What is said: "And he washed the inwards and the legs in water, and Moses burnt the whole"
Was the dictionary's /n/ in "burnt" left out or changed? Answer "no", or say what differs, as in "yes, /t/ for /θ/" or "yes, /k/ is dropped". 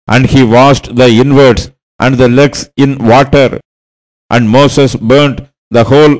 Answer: no